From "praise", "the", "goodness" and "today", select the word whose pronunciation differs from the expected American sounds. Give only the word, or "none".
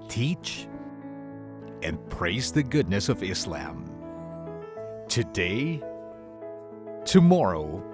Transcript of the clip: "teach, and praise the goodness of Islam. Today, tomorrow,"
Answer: none